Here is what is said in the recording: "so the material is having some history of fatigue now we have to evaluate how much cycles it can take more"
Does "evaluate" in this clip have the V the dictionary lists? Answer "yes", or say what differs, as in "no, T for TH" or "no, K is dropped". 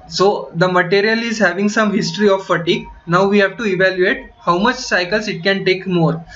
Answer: yes